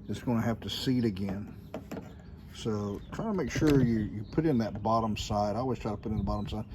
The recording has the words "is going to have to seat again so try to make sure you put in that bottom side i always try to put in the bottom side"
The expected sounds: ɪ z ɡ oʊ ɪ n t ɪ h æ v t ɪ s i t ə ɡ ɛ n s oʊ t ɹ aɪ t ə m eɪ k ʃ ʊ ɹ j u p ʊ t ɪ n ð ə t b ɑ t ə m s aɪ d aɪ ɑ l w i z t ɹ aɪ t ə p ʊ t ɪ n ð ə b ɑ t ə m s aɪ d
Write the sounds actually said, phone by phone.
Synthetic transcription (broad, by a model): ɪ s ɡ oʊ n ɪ h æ f t ɪ s i t ə ɡ ɛ n s oʊ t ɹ aɪ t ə m eɪ k ʃ ʊ ɹ j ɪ p ʊ t ɪ n ð ə t b ɑ t ə m s aɪ d aɪ ɑ l w i z t ɹ aɪ t ə p ʊ t ɪ n ð ə b ɑ t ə m s aɪ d